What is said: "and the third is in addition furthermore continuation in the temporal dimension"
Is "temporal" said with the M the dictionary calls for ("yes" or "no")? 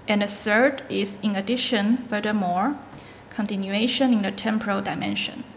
yes